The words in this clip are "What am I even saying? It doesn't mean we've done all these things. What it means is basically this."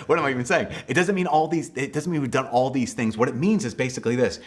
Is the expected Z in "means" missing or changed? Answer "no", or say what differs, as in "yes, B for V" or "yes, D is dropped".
no